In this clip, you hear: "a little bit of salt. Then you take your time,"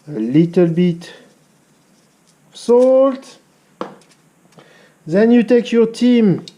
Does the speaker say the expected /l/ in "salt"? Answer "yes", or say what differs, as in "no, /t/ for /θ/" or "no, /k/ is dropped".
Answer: yes